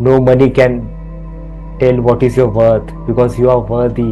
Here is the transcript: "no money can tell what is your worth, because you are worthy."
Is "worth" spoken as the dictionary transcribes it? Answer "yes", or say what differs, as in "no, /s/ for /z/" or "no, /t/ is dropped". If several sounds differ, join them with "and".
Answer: no, /t/ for /θ/